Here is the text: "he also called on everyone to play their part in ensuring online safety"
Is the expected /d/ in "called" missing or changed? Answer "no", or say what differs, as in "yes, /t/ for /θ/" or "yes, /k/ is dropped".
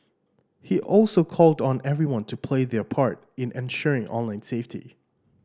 no